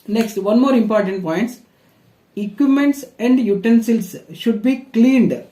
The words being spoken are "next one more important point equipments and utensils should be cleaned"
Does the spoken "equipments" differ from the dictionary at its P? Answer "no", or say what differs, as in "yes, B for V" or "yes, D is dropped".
yes, P is dropped